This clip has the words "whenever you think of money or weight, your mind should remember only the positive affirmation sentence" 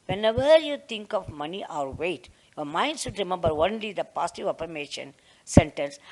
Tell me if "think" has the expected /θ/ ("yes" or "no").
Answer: no